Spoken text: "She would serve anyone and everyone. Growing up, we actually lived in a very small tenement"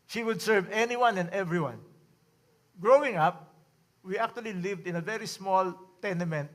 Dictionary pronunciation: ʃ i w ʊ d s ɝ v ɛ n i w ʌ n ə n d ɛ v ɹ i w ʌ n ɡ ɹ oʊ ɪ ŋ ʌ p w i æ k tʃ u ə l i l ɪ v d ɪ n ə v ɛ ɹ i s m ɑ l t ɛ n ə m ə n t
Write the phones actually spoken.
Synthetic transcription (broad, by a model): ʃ i w ʊ d s ɝ v ɛ n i w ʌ n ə n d ɛ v ɹ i w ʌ n ɡ ɹ oʊ ɪ ŋ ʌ p w i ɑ k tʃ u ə l i l ɪ v d ɪ n ə v ɛ ɹ i s m ɑ l t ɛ n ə m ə n t